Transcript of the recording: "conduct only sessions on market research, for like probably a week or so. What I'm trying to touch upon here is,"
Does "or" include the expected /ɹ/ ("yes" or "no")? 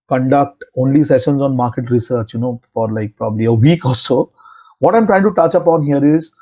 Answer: no